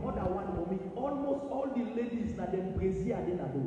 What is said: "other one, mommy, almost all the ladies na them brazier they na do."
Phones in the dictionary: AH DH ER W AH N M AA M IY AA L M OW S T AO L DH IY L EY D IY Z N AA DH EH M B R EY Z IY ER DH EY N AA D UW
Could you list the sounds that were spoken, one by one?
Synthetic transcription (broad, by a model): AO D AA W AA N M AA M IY AA L M OW S T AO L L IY L EY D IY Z N AA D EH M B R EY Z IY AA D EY N AA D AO